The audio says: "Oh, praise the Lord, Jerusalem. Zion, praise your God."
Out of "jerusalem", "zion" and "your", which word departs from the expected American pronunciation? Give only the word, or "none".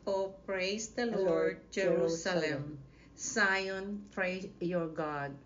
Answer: zion